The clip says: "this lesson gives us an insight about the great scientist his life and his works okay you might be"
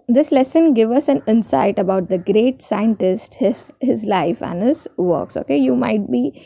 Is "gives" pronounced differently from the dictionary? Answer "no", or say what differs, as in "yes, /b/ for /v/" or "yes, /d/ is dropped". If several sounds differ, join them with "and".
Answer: yes, /z/ is dropped